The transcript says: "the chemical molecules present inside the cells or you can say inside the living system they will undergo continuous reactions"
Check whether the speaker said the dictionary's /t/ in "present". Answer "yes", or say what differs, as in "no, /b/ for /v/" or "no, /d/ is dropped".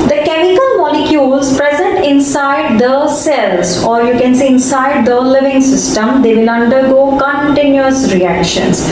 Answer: yes